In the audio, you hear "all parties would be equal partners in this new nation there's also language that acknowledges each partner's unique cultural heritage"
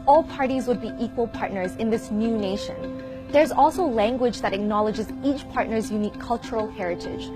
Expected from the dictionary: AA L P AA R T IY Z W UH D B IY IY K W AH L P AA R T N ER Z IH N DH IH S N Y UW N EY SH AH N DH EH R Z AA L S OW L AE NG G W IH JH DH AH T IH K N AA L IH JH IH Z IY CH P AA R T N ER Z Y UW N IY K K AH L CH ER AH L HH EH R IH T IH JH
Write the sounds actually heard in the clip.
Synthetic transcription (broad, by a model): AA L P AA R T IY Z W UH D B IY IY K W AH L P AA R T N ER Z IH N DH IH S N Y UW N EY SH AH N DH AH R Z AA L S OW L AE NG G W IH JH DH AH T IH K N AA L IH JH IH Z IY CH P AA R T N ER Z Y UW N IY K K AH L CH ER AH L HH EH R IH T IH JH